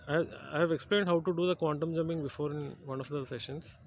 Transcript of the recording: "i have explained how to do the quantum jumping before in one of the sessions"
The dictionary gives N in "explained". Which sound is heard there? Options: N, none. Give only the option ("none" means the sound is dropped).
N